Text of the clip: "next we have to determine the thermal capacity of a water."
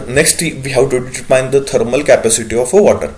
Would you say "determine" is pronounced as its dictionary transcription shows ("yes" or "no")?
no